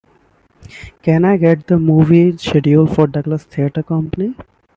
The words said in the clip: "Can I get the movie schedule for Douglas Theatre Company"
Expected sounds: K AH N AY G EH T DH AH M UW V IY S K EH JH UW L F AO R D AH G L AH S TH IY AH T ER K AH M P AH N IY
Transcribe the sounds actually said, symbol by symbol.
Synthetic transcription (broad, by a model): K AH N AY G EH T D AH M UW V IY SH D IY UW L F AO R D AH G L AH S T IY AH T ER K AH M P AH N IY